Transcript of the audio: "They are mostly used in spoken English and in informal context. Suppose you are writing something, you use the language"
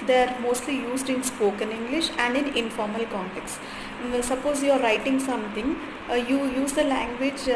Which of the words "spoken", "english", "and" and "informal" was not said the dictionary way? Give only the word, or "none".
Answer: none